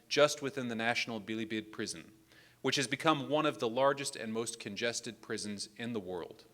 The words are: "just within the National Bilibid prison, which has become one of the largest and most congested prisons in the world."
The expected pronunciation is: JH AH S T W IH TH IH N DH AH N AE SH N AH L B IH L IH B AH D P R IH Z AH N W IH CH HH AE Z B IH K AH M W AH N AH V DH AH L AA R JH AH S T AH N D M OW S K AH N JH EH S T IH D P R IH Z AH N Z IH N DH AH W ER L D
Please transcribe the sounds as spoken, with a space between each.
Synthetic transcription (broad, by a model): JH AH S T W IH TH IH N DH AH N AE SH N L B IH L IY B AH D P R IH Z AH N W IH CH HH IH Z B IH K AH M W AH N AH V DH AH L AA R JH AH S T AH N M OW S K AH N JH EH S T IH D P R IH Z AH N Z IH N DH AH W ER L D